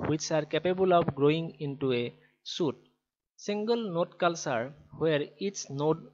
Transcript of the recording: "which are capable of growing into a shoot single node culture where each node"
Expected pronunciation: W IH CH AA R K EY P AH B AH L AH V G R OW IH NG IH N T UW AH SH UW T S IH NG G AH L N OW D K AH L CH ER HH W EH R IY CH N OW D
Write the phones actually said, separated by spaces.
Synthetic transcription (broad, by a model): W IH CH AA R K EY P AH B AH L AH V G R OW IH NG IH N T UW AH S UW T S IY NG G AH L N OW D K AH L S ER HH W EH R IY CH N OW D